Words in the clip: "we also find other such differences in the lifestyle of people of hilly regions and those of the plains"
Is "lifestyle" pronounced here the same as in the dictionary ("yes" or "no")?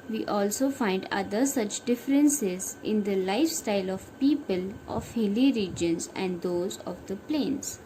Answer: yes